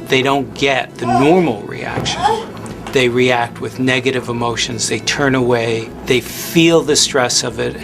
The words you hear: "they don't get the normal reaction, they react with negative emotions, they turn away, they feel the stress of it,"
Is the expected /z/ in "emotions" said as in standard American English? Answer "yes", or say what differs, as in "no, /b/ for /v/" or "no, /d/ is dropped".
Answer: yes